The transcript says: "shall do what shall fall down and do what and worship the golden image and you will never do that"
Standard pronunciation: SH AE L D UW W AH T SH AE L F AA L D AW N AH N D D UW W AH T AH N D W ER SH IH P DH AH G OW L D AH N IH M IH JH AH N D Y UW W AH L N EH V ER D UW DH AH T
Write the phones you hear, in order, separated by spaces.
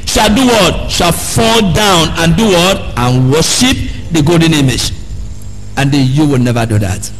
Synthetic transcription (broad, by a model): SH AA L D UW W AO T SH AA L F AA L D AW N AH N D D UW W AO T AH N W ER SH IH P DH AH G OW L D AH N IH M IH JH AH N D Y UW W AH L N EH V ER D UW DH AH T